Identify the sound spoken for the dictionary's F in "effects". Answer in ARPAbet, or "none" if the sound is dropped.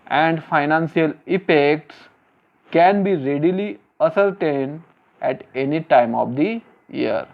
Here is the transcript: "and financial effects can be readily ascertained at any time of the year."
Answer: P